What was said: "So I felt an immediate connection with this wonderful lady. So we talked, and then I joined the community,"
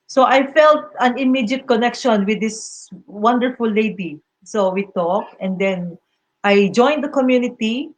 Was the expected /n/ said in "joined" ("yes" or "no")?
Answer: yes